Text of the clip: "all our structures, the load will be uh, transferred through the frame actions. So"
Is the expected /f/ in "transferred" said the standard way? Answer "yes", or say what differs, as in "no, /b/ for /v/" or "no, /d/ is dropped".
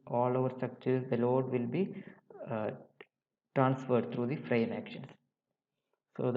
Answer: yes